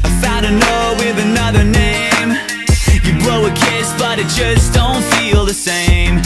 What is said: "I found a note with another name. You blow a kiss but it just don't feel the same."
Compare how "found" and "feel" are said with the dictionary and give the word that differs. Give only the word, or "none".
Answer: found